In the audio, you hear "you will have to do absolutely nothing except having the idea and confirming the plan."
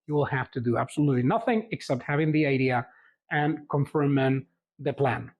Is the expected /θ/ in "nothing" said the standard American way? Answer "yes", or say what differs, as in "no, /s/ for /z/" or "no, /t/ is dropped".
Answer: yes